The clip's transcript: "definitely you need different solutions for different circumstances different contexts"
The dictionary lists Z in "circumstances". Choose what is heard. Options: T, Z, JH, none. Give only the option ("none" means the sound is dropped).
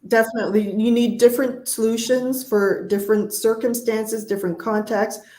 Z